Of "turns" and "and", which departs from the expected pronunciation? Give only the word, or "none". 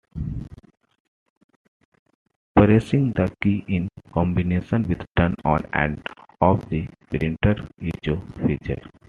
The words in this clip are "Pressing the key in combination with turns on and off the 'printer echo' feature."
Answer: turns